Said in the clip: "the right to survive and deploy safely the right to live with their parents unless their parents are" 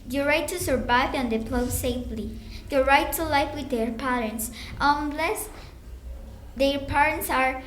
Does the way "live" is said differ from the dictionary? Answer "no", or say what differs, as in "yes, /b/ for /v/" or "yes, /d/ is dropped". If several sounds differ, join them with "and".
yes, /f/ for /v/